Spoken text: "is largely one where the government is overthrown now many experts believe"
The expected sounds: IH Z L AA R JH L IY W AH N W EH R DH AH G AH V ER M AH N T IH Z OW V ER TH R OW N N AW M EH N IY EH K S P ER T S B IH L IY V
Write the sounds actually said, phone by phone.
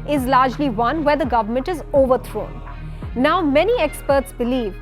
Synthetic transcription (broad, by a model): IH Z L AA R JH L IY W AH N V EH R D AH G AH V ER M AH N T IH Z OW V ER T R OW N N AW M EH N IY EH K S P ER T S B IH L IY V